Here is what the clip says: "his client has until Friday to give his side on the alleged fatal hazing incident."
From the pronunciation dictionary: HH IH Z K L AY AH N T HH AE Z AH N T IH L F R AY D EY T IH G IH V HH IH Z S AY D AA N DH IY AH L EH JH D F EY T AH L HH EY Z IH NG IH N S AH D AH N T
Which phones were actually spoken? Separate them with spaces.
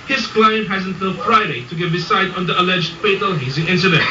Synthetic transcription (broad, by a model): HH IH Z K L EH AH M HH AE Z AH N T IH L F R AY D EY T IH G IH V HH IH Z S AY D N DH IY AH L EH JH D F EY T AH L HH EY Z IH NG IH N S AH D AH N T